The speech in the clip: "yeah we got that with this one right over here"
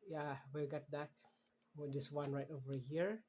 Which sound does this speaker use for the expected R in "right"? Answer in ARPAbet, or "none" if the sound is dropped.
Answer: R